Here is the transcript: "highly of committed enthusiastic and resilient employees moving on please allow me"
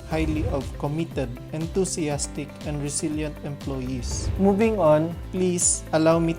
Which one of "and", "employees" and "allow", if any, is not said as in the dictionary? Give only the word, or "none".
employees